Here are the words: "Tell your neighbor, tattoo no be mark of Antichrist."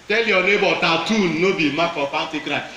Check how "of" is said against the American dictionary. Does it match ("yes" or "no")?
no